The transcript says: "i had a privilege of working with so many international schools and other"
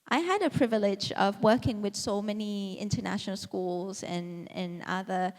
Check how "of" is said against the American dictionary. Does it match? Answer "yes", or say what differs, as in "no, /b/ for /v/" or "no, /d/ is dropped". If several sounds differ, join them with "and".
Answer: yes